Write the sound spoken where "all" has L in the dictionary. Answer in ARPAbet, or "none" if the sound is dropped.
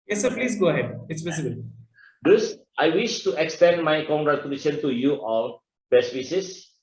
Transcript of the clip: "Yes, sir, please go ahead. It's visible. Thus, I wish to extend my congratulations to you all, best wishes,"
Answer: N